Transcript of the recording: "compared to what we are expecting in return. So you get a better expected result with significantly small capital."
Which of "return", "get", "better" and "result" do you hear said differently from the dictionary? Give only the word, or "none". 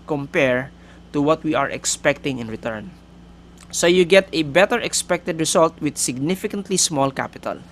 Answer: result